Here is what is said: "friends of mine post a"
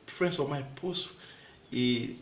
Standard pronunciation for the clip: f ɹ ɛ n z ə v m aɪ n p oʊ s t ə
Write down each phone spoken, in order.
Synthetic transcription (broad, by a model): f ɹ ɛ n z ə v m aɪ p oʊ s ə